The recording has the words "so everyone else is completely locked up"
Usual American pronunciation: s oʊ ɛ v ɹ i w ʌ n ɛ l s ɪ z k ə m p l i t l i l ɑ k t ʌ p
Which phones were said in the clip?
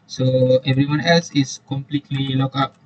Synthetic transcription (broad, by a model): s oʊ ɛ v ɹ i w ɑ n ɛ l s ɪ s k ə m p l i t l i l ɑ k ɑ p